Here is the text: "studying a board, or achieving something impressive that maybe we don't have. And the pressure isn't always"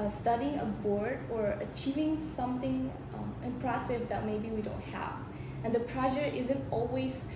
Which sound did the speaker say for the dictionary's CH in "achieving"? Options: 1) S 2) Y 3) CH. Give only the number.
3